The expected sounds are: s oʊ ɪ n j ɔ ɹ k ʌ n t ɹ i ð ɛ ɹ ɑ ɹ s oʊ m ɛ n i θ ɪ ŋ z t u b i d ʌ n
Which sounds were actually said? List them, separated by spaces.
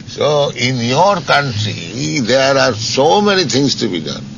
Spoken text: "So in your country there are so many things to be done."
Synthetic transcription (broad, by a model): s oʊ ɪ n j ɔ ɹ k ʌ n t ɹ i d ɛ ɹ ɑ ɹ s oʊ m ɛ n i t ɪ ŋ s t u b i d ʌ n